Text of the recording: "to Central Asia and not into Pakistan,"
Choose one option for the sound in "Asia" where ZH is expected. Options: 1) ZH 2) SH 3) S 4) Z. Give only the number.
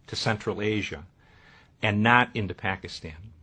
1